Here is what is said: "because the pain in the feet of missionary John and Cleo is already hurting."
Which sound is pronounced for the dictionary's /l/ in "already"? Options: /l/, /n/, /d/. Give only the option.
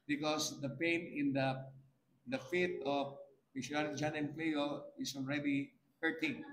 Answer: /l/